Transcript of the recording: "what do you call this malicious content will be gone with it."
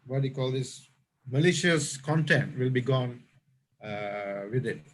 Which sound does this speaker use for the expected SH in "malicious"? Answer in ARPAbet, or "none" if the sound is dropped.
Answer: SH